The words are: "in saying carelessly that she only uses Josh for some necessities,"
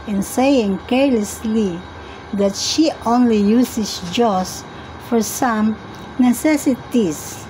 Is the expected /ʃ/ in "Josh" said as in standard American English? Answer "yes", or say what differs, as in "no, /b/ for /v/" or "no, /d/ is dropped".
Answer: no, /s/ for /ʃ/